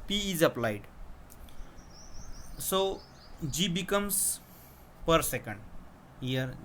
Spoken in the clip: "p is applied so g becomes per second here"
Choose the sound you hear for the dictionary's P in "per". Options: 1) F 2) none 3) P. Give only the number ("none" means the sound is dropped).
3